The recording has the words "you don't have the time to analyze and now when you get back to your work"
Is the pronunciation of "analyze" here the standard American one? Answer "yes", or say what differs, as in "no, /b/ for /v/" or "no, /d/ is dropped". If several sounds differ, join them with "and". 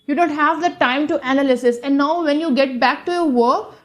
no, /s/ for /z/